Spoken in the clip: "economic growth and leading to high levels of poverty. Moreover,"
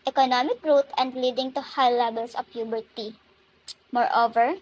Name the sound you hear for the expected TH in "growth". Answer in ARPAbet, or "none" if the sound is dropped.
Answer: T